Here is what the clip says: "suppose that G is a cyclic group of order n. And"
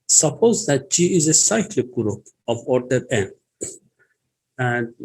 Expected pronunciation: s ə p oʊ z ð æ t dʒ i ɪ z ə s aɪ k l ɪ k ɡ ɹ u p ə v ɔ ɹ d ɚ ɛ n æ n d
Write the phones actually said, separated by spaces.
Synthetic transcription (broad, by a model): s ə p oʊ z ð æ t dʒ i ɪ z ə s aɪ k l ɪ k ɡ ɹ u p ə v ɔ ɹ d ɚ ɛ n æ n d